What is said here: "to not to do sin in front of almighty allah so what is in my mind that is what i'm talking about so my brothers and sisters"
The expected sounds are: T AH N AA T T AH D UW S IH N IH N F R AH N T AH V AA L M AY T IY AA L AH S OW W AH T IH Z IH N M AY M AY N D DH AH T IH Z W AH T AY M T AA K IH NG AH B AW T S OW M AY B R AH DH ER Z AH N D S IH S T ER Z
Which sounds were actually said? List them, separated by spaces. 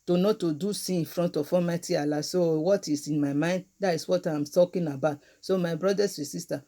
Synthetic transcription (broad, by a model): T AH N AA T T AH D UW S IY IH N F R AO N T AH F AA M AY T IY AA L AH S OW W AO T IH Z IH N M AY M AY N D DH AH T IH S W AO T AY M T AA K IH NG AH B AW T S OW M AY B R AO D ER S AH S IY S T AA